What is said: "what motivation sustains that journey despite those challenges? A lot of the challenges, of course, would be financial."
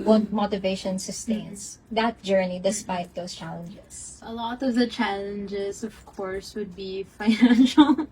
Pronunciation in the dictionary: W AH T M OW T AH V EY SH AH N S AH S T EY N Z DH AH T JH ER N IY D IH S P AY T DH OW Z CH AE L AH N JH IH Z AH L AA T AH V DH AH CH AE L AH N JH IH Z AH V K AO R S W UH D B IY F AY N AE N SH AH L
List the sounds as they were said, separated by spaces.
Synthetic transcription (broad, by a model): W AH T M OW T AH V EY SH AH N S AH S T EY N S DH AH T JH ER N IY D IH S P AY T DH OW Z CH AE L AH N JH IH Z AH L AA T AH V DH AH CH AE L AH N JH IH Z AH V K AO R S W UH D B IY F AY N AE N SH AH L